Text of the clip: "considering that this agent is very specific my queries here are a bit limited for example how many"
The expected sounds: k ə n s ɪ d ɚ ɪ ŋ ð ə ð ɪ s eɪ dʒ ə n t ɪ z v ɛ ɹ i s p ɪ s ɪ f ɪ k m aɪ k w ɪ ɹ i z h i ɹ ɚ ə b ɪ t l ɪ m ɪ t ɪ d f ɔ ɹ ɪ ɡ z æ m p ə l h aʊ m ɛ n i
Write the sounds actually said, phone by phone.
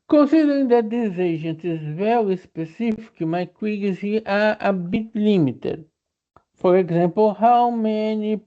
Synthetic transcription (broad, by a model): k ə n s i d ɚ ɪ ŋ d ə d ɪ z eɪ ʒ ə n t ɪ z v ɛ ɹ i s p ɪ s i f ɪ k m aɪ k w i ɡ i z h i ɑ ə b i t l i m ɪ t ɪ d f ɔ ɹ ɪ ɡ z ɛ m p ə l h aʊ m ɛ n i